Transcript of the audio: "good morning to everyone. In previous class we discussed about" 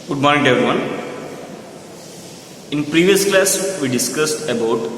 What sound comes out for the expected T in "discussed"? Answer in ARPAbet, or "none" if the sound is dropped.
T